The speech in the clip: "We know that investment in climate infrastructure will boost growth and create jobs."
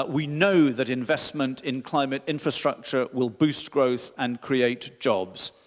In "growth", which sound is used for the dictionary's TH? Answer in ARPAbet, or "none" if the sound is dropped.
TH